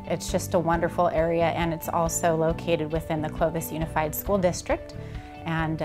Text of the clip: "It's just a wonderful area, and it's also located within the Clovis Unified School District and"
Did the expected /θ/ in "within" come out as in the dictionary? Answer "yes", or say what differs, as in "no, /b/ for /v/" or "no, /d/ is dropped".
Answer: yes